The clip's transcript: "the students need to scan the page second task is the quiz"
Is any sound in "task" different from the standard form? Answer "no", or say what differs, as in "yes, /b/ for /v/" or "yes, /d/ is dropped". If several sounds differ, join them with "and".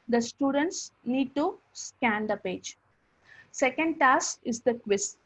yes, /k/ is dropped